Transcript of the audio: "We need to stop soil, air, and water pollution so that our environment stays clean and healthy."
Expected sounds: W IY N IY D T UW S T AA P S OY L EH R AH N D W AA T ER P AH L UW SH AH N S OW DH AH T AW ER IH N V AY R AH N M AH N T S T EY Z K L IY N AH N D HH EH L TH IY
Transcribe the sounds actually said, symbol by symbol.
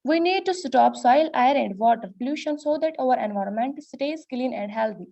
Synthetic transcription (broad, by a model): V IY N IY D T UW S T AA P S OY L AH R AH N D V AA T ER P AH L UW SH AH N S OW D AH T AW ER IH N V AY R AH N M AH N T S T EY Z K L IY N AH N D HH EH L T IY